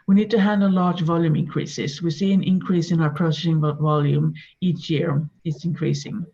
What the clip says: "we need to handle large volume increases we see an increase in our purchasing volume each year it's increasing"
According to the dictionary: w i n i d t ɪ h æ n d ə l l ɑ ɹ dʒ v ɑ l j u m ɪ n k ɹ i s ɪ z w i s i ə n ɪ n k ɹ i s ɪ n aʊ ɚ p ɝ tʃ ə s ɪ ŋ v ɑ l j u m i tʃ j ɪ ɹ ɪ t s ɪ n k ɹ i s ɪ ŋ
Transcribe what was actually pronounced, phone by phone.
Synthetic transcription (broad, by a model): w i n i d t ɪ h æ n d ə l l ɑ ɹ dʒ v ɑ l j u m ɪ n k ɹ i s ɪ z w i s i ə n ɪ n k ɹ i s ɪ n aʊ ɚ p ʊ s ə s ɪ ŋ v ɑ l j u m i tʃ j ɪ ɹ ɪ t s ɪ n k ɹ i s ɪ ŋ